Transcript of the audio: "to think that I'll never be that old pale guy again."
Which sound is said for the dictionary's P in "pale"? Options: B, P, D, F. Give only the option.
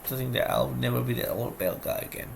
B